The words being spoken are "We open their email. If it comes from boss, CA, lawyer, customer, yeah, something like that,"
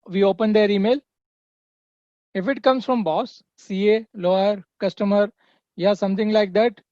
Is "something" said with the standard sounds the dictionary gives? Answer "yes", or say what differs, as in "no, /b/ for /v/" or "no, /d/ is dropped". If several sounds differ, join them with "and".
no, /t/ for /θ/